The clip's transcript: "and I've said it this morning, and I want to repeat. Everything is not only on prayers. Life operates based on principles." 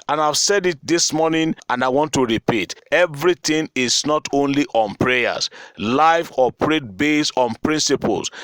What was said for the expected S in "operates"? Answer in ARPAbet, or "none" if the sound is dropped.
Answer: none